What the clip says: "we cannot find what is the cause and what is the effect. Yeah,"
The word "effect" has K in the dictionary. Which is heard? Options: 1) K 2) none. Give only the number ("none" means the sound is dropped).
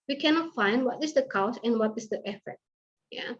2